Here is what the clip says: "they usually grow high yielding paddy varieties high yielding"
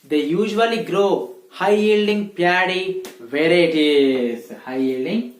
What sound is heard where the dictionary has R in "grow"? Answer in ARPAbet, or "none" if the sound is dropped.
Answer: R